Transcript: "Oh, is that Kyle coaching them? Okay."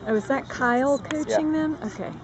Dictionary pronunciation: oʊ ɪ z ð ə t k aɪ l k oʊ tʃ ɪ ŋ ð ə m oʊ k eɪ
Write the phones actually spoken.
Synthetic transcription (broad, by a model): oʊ ɪ z ð ə t k aɪ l k oʊ tʃ ɪ ŋ ð ə m oʊ k eɪ